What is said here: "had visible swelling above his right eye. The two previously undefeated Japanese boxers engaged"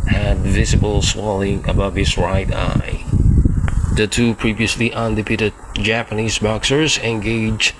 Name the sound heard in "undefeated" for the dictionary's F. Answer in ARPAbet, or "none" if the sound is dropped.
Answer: P